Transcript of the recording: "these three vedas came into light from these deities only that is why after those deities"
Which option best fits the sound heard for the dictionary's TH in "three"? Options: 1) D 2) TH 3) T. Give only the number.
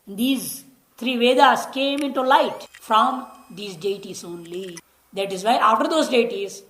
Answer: 3